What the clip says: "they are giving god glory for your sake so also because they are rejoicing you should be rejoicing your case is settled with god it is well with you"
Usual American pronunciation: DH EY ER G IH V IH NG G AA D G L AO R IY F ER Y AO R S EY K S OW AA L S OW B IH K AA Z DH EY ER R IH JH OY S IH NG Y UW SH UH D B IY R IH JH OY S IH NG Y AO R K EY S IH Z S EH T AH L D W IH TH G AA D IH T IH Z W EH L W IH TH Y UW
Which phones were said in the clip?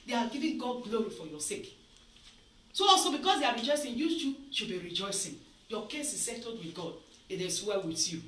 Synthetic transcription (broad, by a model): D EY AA G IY V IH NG G AA D G L AO R IY F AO Y AO S EY K S OW AA L S OW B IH K AA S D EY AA R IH JH OY S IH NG Y UW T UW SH B IY R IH JH OY S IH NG Y AO K EY S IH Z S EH T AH D W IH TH G AA D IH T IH S W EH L W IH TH Y UW